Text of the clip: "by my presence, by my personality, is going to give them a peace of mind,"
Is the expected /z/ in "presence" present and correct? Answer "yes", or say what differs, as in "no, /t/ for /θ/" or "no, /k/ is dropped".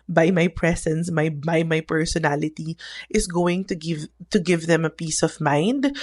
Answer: no, /s/ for /z/